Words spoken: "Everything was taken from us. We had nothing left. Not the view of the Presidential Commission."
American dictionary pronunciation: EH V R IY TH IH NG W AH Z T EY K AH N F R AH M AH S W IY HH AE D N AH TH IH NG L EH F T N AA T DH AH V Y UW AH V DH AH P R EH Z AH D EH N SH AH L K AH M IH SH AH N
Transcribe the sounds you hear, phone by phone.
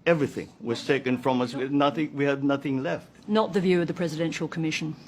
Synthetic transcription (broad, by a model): EH V R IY TH IH NG W AH Z T EY K AH N F R AH M AH S W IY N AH D N AH TH IH NG L EH F T N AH T DH AH V Y UW AH V DH AH P R EH Z AH D EH N SH AH L K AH M IH SH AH N